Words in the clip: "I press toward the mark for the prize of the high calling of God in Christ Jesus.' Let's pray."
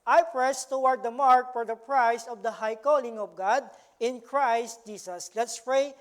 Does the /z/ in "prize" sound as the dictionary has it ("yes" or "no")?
no